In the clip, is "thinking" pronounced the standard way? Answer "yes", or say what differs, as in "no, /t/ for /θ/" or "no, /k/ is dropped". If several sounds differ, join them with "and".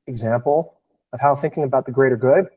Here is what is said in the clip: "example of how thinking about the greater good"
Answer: yes